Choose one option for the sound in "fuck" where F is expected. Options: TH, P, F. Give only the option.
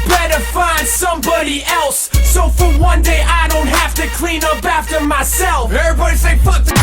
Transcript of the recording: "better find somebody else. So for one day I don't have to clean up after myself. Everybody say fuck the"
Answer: P